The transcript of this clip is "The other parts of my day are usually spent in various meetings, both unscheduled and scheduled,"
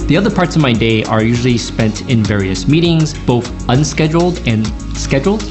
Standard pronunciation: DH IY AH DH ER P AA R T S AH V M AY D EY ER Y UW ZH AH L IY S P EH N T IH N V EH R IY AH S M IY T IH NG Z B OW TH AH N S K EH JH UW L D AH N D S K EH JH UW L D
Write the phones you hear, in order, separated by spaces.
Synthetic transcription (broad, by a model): DH IY AH DH ER P AA R T S AH V M AY D EY ER Y UW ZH L IY S P EH N T IH N V EH R IY AH S M IY T IH NG Z B OW TH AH N S K EH JH L D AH N S K EH JH L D